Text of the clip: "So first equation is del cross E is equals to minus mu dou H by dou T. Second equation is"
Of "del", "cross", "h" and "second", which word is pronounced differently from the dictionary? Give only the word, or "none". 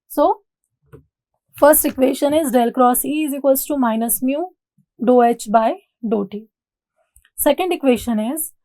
none